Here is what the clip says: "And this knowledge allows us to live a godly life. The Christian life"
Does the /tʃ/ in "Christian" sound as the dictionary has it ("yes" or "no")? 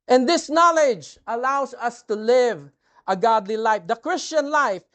yes